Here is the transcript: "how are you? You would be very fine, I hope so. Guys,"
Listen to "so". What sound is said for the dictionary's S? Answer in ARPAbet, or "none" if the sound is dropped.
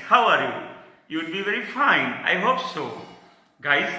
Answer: S